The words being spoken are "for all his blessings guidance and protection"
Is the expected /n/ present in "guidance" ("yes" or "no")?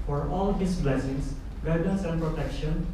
no